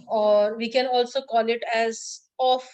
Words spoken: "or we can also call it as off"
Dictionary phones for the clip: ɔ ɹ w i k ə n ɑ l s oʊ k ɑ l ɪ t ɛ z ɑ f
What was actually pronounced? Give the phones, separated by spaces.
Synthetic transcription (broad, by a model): ɔ ɹ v i k ə n ɑ l s oʊ k ɑ l ɪ t ɛ z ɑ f